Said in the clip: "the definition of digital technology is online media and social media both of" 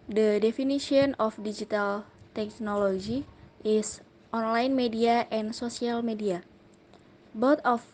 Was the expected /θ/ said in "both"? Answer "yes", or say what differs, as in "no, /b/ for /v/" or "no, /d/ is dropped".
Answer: no, /t/ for /θ/